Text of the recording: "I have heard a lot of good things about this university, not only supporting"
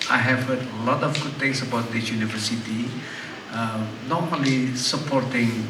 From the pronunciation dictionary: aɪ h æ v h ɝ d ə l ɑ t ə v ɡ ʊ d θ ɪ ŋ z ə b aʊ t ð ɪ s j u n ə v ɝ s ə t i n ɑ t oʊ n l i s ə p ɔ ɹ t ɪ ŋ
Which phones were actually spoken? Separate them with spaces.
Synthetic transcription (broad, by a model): aɪ h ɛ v h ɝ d ə l ɑ t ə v ɡ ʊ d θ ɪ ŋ s ə b aʊ t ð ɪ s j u n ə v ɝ s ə t i n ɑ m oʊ l i s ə p ɔ ɹ t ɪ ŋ